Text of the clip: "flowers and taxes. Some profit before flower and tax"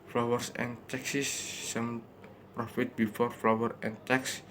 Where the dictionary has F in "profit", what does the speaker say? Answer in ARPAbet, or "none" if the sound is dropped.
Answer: F